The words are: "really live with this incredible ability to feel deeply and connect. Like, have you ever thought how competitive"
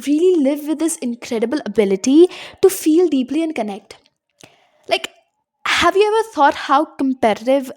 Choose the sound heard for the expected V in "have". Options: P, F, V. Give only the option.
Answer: V